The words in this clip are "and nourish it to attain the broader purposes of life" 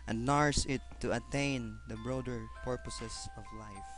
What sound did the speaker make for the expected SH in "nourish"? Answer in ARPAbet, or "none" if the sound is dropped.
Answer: S